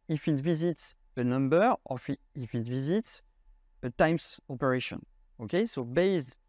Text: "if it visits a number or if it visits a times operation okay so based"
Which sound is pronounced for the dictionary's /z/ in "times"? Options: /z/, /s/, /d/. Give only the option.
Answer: /s/